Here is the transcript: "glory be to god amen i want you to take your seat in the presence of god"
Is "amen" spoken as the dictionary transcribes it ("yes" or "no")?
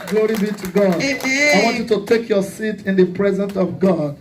no